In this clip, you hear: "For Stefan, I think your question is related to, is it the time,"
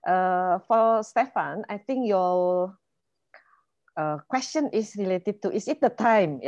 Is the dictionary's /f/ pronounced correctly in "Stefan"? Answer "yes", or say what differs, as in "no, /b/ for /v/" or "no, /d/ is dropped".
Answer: yes